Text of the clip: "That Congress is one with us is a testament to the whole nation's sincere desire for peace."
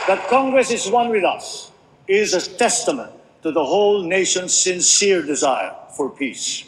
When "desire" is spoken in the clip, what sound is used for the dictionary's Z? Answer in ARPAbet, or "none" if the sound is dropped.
Z